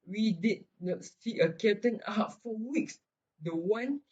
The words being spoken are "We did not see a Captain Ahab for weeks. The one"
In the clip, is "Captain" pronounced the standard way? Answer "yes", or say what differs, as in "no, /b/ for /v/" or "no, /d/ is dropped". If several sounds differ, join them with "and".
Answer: no, /p/ is dropped